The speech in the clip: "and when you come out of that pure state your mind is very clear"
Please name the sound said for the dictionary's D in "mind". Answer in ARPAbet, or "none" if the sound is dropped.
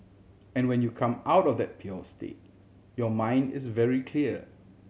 D